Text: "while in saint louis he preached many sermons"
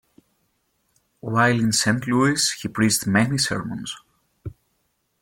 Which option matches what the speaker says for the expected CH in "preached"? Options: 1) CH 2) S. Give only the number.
2